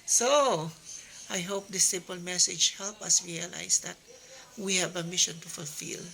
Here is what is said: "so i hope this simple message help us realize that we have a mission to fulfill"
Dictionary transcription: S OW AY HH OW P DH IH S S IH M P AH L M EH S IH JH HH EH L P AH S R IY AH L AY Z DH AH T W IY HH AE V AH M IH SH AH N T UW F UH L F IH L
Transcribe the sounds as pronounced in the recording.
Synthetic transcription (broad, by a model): S OW AY HH OW P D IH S S IH M P AH L M EH S IH JH HH EH L P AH S R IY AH L AY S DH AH T W IY HH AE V AH M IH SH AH N T UW F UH L F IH L